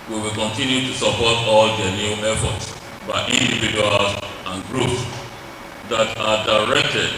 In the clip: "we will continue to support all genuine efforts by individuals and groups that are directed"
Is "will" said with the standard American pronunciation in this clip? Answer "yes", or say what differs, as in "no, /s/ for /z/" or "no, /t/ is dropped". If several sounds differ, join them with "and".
yes